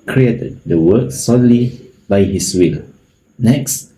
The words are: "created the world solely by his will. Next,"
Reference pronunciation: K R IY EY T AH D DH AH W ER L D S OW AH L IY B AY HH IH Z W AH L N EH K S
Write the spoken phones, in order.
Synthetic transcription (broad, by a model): K R IY EY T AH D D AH W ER D S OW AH L IY B AY HH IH S W AH L N EH K S